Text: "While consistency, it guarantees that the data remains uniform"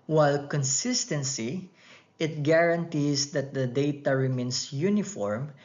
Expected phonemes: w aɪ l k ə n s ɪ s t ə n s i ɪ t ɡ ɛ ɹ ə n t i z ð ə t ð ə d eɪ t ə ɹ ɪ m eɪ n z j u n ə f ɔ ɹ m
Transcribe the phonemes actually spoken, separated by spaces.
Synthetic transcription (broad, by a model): w aɪ l k ə n s ɪ s t ə n s i ɪ t ɡ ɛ ɹ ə n t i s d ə t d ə d eɪ t ə ɹ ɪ m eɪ n s j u n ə f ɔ ɹ m